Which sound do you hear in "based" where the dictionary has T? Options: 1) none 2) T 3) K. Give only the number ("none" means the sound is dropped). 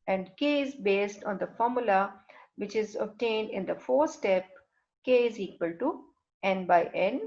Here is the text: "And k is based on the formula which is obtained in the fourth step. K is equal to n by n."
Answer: 2